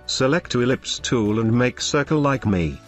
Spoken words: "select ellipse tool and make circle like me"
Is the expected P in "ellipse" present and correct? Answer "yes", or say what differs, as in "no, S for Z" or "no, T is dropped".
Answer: yes